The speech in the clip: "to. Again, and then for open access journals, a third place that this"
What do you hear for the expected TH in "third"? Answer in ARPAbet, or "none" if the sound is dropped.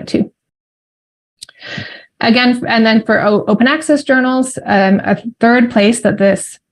TH